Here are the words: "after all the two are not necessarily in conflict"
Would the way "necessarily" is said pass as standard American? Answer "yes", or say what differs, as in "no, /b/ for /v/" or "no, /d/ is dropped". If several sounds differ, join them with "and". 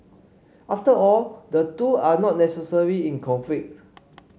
no, /l/ is dropped